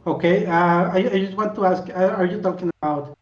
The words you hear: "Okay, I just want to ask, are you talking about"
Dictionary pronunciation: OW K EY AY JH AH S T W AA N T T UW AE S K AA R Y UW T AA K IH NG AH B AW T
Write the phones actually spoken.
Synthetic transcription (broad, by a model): OW K EY AY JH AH S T W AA N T T UW AE S K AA R Y UW T AA K IH NG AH B AW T